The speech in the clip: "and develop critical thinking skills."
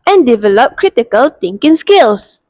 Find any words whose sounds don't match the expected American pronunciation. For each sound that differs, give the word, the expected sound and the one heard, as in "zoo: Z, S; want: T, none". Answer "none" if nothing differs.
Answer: thinking: TH, T